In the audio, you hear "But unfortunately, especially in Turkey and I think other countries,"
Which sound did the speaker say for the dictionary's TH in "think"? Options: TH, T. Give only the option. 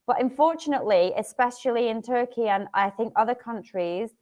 TH